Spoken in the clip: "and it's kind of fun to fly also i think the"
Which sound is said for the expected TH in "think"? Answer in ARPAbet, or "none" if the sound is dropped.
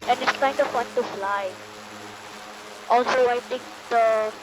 T